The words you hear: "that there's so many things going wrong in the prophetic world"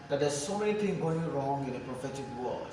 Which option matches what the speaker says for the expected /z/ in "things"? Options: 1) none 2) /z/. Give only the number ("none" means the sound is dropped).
1